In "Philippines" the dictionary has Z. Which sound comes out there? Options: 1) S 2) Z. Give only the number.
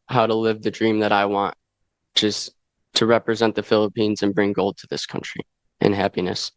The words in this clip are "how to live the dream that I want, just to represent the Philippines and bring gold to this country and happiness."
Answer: 2